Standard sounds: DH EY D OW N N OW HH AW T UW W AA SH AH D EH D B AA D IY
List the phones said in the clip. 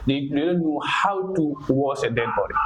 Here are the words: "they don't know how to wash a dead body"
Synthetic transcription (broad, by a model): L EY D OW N N OW HH AW T UW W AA S AH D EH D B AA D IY